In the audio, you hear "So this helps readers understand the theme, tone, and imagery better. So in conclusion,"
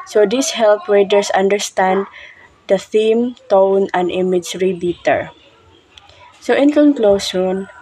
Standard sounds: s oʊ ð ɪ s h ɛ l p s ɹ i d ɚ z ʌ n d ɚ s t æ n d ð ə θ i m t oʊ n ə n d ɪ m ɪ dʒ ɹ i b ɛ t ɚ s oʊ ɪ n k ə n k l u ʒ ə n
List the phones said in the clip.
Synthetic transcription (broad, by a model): s oʊ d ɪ s h ɛ l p ɹ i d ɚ s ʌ n d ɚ s t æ n d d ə θ i m t oʊ n ə n d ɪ m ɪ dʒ ɹ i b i t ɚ s oʊ ɪ n k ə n k l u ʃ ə n